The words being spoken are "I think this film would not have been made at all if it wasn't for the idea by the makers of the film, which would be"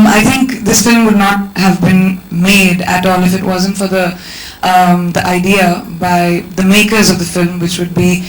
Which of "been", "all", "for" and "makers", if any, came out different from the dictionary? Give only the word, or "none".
none